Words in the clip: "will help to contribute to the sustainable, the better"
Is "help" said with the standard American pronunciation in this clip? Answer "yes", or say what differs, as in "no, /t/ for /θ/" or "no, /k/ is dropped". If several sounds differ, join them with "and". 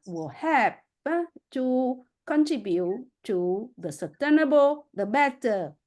no, /l/ is dropped